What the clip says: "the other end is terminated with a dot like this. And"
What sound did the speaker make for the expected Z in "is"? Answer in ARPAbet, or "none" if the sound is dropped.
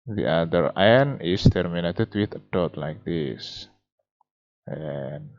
S